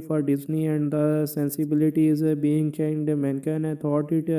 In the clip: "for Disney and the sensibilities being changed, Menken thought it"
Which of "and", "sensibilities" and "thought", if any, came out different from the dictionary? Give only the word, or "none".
thought